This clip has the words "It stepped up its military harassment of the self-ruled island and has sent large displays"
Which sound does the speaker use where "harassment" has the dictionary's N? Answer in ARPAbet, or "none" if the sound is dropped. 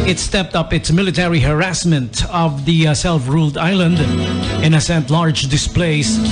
N